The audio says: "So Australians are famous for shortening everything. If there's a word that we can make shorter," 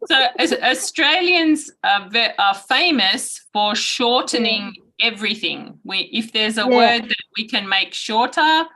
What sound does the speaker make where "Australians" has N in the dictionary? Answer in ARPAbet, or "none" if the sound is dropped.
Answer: N